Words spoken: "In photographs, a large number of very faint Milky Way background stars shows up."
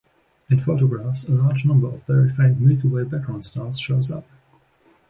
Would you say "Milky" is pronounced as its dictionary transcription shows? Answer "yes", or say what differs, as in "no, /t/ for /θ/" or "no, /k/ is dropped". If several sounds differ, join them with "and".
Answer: no, /l/ is dropped